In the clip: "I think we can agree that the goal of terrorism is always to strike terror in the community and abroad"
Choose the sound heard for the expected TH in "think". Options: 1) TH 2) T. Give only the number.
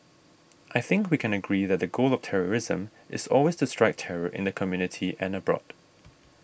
1